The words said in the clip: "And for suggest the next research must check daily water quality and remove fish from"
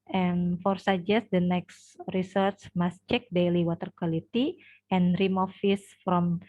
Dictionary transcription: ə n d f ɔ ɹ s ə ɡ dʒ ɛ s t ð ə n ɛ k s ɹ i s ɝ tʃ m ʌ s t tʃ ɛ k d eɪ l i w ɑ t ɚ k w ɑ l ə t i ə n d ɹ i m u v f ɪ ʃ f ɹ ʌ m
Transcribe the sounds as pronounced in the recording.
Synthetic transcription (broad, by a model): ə n f ɔ ɹ s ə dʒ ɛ s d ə n ɛ k s ɹ i s ɝ tʃ m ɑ s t tʃ ɛ k d eɪ l i w ɑ t ɚ k w ɑ l ə t i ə n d ɹ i m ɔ f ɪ s f ɹ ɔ m